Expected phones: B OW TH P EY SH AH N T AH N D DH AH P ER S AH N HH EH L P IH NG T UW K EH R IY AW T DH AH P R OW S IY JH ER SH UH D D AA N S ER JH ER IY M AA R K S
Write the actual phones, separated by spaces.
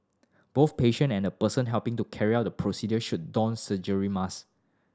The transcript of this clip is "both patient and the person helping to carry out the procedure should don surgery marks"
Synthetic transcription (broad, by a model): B OW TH P EY SH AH N AH N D AH P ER S AH N HH EH L P IH NG T UW K EH R IY AW T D AH P R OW S IY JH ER SH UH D D AA N S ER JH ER IY M AA S